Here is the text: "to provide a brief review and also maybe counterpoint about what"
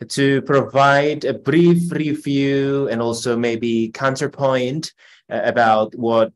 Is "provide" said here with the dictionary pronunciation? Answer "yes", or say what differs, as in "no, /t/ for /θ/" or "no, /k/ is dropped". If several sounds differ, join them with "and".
yes